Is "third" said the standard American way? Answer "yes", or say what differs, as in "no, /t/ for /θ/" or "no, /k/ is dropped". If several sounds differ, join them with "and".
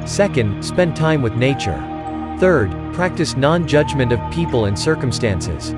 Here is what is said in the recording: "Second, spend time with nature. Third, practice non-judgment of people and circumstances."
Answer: yes